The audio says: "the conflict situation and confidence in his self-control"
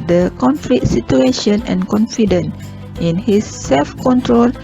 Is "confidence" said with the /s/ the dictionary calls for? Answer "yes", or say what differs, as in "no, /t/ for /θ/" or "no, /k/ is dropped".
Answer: no, /s/ is dropped